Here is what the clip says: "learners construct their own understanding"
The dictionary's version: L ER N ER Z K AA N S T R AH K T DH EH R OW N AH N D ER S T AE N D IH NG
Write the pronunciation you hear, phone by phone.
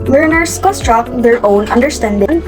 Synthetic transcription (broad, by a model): L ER N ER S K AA S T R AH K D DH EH R OW N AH N D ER S T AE N D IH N